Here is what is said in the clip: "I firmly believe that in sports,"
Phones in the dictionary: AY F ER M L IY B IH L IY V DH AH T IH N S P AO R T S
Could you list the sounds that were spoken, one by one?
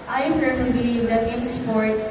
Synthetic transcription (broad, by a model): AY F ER L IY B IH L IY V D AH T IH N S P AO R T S